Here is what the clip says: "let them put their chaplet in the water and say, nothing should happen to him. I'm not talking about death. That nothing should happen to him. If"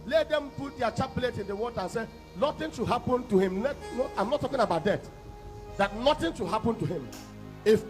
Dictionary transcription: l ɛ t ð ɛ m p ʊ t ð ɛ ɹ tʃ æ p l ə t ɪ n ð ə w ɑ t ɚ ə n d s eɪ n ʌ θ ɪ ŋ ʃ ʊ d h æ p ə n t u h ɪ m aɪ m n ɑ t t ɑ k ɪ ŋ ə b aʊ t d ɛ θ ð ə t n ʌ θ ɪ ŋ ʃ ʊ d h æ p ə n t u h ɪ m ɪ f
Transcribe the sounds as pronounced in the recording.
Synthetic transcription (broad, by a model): l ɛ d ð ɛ m p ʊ t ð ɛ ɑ tʃ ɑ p l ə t ɪ n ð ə w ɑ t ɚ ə n s eɪ n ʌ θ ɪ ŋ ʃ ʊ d h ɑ p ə n t u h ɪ m aɪ m n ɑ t t ɑ k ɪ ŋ ə b aʊ t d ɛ t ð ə t n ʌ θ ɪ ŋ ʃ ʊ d h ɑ p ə n t u h ɪ m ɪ f